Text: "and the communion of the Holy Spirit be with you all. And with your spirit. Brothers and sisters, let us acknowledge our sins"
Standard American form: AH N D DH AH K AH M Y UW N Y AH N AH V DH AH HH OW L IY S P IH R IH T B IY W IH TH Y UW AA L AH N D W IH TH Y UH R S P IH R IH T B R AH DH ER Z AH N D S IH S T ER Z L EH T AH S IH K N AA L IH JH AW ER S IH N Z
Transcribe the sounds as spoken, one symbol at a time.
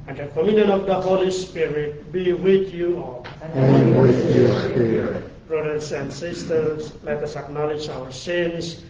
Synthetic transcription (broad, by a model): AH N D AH K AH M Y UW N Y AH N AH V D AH HH OW L IY S P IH R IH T B IY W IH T Y UW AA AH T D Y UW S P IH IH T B R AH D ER S AH N D S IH S T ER S L EH T AH S IH K N AA L IH JH AW ER S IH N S